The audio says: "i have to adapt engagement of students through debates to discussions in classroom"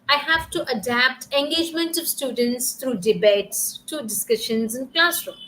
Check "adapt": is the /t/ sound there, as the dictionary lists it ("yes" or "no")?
yes